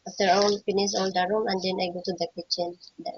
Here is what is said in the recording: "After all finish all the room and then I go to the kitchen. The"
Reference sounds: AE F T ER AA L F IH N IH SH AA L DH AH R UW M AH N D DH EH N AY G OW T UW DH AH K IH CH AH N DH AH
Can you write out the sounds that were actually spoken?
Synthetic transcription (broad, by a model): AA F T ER AA L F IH N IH S AA L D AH R UW M AH N D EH N AY G OW T UW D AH K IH CH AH N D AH